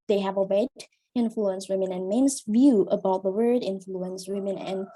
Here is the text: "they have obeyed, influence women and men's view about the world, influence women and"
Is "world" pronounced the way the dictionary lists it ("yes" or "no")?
no